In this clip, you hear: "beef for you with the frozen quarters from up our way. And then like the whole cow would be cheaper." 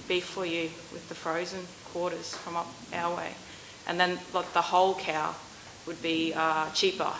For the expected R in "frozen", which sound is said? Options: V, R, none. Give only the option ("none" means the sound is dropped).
R